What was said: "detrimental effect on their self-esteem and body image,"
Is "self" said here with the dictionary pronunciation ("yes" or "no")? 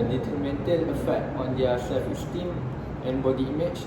no